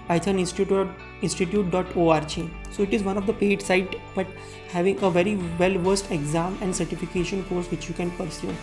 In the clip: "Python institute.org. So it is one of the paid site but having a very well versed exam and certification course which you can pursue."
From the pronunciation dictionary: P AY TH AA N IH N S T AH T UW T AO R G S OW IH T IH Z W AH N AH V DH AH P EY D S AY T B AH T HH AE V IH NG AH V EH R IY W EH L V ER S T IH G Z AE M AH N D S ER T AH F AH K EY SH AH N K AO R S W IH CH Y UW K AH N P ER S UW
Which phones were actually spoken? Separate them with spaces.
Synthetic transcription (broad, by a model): AY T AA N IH N S T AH T UW T AO R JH S OW IH T IH Z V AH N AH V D AH P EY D S AY T B AH T HH AE V IH NG AH V EH R IY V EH L V ER S T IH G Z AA M AH N D S ER T AH F AH K EY SH AH N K AO R S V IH CH Y UW K AH N P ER S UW